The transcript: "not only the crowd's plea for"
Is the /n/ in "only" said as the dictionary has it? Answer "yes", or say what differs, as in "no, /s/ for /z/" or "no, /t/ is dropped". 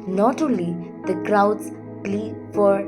no, /n/ is dropped